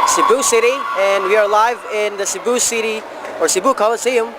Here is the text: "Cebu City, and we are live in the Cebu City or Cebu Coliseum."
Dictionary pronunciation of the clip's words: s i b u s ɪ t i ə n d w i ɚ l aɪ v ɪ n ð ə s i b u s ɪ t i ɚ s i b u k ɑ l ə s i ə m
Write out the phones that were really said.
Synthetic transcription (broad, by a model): s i b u s ɪ t i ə n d w i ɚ l aɪ v ɪ n ð ə s i b u s ɪ t i ɚ s i b u k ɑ l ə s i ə m